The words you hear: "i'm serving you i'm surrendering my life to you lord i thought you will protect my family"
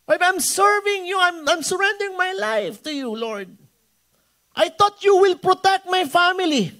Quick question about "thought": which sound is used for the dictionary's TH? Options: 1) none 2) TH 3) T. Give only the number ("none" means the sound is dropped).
3